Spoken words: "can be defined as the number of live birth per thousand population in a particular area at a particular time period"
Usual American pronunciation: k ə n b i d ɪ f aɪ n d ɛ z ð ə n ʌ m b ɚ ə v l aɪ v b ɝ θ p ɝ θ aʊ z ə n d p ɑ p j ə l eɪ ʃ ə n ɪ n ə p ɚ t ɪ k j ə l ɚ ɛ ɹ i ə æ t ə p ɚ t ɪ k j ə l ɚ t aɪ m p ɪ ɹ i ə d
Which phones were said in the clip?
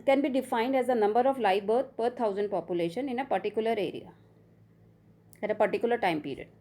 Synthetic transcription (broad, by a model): k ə n b i d ɪ f aɪ n d ɛ z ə n ʌ m b ɚ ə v l aɪ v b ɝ t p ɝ t aʊ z ə n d p ɑ p j ə l eɪ ʃ ə n ɪ n ə p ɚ t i k j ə l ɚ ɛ ɹ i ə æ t ə p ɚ t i k j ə l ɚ t aɪ m p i ɹ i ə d